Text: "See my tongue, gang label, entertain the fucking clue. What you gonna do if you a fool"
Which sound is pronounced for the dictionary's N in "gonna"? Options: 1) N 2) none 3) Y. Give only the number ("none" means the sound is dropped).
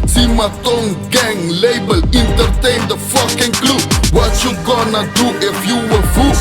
1